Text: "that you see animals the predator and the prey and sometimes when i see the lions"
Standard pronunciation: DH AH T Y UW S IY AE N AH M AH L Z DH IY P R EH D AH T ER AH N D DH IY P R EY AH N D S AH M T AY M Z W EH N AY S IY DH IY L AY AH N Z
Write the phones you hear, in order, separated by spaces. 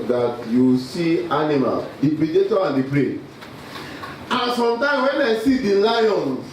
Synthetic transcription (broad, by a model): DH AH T Y UW S IY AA N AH M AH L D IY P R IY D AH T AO AH N D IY P R EY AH S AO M T AY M W EH N AY S IY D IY L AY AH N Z